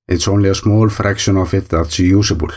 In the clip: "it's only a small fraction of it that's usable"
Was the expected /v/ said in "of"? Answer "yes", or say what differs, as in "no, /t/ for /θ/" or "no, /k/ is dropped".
no, /f/ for /v/